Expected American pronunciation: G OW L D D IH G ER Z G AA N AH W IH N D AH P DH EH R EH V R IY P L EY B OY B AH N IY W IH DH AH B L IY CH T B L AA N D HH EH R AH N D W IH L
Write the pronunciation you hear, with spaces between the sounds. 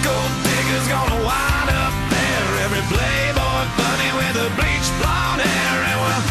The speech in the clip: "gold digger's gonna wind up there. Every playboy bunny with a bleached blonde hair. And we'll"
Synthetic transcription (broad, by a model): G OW L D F IH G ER Z G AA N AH W IH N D AH P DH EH R EH V R IY B L EY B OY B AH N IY W IH DH AH B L IY CH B L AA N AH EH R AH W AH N